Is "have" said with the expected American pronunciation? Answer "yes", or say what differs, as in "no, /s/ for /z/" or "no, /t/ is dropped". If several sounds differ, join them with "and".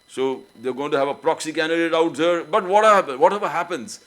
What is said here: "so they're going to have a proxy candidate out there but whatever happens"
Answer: yes